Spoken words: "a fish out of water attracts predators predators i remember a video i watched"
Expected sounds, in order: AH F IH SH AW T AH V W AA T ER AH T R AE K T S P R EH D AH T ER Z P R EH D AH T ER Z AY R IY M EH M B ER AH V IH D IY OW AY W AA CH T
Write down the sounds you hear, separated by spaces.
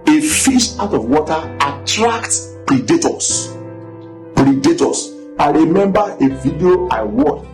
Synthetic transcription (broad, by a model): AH F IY SH AW T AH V W AA T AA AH T R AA K T P R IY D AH T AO S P R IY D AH T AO S AY R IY M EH M B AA AH V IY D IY OW AY W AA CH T